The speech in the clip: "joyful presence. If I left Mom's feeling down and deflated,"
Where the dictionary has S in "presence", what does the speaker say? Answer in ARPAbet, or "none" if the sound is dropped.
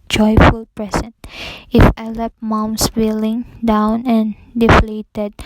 none